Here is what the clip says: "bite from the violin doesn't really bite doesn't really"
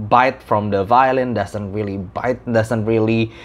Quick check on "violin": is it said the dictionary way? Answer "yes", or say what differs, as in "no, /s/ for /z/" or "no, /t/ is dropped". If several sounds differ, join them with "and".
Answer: yes